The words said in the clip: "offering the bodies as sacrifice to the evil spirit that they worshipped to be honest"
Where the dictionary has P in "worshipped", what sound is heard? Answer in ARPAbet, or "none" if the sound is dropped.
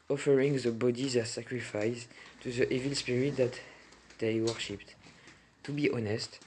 P